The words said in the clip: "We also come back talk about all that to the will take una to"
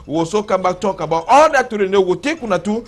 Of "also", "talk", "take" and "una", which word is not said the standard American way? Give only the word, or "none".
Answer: also